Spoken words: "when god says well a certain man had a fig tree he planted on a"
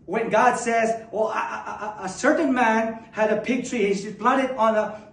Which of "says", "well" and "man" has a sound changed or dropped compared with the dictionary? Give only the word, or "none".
none